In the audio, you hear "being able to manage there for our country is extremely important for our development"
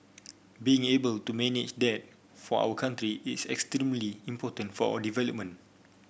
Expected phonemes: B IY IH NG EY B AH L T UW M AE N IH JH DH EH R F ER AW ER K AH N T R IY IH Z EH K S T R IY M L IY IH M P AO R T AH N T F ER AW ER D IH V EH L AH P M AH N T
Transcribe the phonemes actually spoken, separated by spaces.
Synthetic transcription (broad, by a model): B IY IH NG EY B AH L T UW M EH N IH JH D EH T F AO AW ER K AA N T R IY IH S EH K S T R IY M L IY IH M P AO T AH N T F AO AW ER D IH V EH L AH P M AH N